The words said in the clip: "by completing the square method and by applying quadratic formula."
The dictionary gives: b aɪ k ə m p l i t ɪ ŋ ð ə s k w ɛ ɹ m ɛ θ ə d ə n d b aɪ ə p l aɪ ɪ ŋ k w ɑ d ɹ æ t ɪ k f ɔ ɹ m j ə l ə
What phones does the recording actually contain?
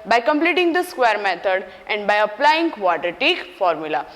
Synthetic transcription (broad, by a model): b aɪ k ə m p l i t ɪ ŋ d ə s k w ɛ ɹ m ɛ t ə d ə n d b aɪ ə p l aɪ ɪ ŋ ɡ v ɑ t ɹ t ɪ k f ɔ ɹ m j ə l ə